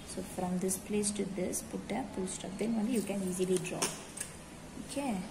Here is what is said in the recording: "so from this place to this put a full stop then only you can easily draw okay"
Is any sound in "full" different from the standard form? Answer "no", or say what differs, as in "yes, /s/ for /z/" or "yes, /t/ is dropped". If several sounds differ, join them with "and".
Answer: yes, /p/ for /f/